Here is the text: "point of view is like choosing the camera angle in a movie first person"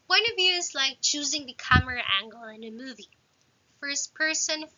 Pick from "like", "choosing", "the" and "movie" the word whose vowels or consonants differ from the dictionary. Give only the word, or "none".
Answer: none